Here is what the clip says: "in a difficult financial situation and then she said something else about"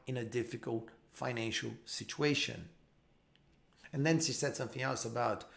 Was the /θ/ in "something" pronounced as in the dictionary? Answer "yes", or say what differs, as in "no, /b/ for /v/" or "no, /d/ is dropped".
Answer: yes